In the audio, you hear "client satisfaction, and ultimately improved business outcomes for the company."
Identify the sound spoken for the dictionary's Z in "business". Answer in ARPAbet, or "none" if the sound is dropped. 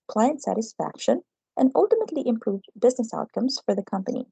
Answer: Z